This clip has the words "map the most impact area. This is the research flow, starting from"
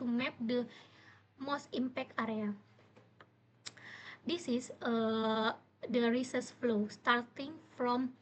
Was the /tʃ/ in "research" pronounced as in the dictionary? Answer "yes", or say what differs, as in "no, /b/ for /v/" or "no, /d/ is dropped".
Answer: no, /s/ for /tʃ/